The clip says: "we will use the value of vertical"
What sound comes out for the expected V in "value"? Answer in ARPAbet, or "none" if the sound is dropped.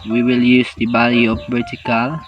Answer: B